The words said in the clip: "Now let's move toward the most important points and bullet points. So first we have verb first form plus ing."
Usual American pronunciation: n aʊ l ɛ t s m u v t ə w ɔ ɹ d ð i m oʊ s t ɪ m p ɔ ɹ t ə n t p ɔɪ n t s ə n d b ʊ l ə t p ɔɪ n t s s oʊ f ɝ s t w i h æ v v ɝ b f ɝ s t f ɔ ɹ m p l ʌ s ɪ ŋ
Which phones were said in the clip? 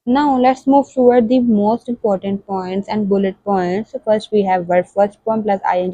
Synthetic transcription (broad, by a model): n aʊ l ɛ t s m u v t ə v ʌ ɹ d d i m oʊ s t ɪ m p ɔ ɹ t ə n t p ɔɪ n t s ə n d b ʊ l ə t p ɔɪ n t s s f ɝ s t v i h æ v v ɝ f ɝ s t p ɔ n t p l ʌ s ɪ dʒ